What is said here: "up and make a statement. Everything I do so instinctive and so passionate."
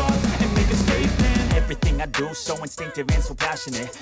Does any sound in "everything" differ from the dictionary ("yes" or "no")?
no